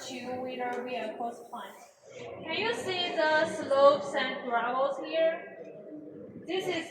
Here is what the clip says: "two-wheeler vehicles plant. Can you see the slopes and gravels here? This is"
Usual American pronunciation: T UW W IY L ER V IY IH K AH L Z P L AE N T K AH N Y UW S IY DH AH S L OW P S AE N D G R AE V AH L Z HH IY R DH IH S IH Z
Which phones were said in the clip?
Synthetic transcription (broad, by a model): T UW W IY N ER W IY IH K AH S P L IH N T K AH N Y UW S IY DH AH S L OW P S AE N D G R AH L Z HH IY R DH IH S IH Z